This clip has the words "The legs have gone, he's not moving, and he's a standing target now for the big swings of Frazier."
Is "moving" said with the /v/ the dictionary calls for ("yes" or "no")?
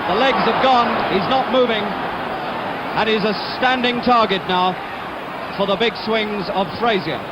yes